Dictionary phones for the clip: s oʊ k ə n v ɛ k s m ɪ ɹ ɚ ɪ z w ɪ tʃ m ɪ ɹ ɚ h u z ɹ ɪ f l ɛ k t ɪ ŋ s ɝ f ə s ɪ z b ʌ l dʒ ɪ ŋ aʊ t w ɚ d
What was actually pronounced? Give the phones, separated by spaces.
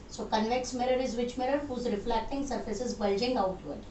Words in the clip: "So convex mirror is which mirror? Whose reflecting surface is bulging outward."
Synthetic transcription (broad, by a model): s oʊ k ə n v ɛ k s m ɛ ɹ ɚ ɪ z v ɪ tʃ m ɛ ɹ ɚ h u z ɹ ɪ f l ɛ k t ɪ ŋ s ɝ f ə s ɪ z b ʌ l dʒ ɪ ŋ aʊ t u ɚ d